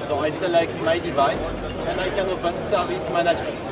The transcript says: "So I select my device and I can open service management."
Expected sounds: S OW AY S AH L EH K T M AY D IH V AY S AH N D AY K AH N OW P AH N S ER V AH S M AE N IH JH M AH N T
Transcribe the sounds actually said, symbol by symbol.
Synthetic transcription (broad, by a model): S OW AY S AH L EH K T M AY D IH V AY S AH N AY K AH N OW B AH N S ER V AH S M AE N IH JH M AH N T